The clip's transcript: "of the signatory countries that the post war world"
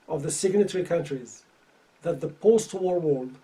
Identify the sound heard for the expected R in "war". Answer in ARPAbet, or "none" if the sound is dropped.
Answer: R